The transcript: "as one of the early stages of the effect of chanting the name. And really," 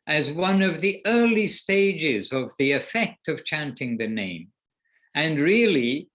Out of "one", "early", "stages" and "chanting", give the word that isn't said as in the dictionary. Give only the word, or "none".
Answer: none